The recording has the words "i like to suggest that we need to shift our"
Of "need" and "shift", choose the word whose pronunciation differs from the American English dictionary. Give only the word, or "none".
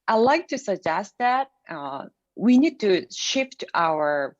none